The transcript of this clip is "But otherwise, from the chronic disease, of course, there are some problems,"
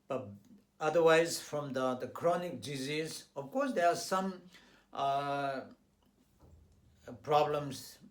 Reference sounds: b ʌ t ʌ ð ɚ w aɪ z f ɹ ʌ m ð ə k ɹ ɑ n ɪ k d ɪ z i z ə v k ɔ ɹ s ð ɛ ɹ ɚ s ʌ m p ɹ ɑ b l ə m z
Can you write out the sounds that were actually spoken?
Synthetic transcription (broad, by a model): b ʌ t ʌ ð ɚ w aɪ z f ɹ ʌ m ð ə k ɹ ɑ n ɪ k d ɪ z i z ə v k ɔ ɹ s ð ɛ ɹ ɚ s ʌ m p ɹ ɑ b l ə m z